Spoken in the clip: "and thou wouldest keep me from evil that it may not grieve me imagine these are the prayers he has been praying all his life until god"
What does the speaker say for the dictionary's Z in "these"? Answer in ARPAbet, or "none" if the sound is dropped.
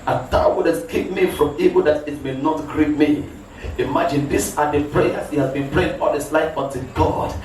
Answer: S